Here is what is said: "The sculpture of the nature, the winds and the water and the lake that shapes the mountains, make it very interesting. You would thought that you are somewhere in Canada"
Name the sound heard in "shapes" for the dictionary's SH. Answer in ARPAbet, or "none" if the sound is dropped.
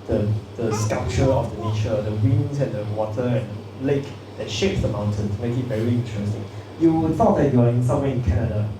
SH